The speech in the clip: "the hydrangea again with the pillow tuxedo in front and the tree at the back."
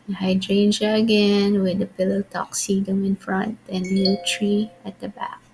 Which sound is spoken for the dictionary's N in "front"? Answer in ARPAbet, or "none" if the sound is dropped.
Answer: N